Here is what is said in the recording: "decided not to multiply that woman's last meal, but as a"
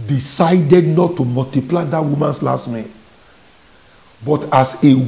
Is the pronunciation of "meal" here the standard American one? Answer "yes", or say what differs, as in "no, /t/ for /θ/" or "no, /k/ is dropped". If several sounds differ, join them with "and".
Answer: no, /n/ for /l/